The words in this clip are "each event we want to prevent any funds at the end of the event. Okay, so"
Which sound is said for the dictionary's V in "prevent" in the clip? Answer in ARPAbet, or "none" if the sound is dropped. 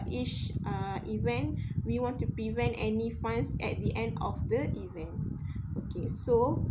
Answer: V